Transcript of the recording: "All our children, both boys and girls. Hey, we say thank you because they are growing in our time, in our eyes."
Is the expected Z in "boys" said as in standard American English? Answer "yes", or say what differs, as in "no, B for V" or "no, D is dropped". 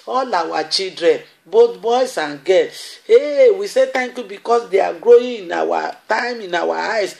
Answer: no, S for Z